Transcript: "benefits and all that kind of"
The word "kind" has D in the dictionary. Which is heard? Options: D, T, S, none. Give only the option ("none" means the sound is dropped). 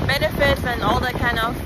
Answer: none